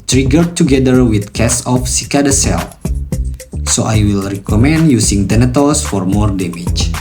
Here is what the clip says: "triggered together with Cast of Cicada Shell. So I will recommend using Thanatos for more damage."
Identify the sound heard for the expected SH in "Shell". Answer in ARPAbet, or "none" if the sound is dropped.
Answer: S